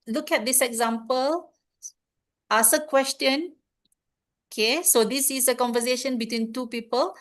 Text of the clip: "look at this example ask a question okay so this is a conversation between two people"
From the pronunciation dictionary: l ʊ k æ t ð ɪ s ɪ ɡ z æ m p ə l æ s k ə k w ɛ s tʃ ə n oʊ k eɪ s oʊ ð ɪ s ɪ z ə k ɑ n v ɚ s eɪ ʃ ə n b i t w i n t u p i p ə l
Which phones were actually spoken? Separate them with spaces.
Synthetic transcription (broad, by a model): l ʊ k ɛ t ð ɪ s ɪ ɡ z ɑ m p ə l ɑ s ə k w ɛ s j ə n oʊ k eɪ s oʊ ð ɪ s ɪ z ə k ɑ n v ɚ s eɪ ʃ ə n b i t w i n t u p i p ə l